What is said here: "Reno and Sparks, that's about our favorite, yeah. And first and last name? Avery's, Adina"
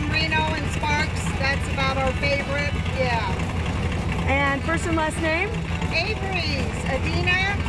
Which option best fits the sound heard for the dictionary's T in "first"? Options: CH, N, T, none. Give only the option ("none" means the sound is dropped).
none